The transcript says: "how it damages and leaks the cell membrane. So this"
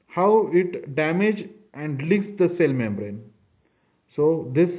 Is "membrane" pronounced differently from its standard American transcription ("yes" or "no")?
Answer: no